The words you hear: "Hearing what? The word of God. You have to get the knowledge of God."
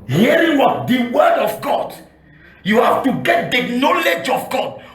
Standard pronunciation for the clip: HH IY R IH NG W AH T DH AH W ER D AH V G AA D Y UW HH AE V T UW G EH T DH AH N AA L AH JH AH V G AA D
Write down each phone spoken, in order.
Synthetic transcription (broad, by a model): HH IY R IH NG W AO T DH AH W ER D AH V G AA D Y UW HH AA F T UW G EH T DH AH N AA L AH JH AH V G AA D